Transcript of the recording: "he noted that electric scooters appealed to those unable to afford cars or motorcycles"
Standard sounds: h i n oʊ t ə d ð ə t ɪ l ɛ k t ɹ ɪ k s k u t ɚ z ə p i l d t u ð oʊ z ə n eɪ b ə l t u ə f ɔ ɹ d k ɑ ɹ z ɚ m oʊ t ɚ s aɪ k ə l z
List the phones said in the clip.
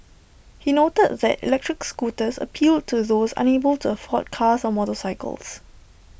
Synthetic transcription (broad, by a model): h i n oʊ t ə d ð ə t ɪ l ɛ k t ɹ ɪ k s k u t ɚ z ə p i l d t u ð oʊ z ə n eɪ b ə l t u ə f ɔ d k ɑ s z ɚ m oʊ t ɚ s aɪ k ə l s